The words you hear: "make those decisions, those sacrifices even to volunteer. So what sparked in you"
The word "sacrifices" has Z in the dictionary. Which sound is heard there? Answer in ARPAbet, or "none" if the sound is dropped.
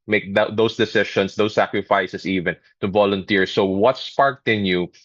S